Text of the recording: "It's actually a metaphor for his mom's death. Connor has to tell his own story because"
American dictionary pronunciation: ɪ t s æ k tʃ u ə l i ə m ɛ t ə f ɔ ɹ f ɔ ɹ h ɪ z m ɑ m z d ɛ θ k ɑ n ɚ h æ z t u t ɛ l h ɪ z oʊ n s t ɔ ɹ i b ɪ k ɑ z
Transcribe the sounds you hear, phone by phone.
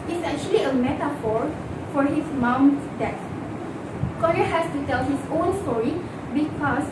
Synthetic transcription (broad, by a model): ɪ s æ k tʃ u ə l i ə m ɛ t ə f ɔ ɹ f ɔ ɹ h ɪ s m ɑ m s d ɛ t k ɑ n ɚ h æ s t u t ɛ l h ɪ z oʊ n s t ɔ ɹ i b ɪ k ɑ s